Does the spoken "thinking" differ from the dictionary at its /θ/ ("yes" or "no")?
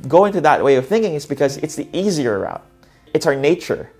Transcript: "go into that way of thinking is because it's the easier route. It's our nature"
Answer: no